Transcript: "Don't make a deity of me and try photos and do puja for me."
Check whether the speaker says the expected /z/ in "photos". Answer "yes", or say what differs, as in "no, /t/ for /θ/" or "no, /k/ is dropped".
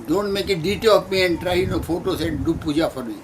no, /s/ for /z/